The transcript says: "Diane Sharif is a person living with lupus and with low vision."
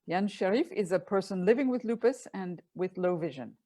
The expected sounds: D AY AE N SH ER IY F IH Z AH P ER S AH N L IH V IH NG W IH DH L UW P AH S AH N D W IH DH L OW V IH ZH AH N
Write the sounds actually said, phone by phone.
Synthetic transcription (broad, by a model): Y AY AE N SH ER IY F IH Z AH P ER S AH N L IH V IH NG W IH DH L UW P AH S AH N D W IH DH L OW V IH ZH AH N